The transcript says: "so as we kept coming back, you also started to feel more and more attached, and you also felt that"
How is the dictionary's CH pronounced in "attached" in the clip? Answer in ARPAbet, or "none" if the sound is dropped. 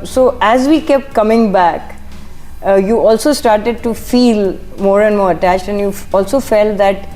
CH